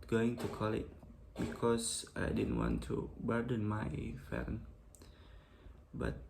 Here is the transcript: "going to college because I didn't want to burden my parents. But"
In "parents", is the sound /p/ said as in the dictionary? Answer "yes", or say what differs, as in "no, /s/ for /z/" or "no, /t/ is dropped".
no, /f/ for /p/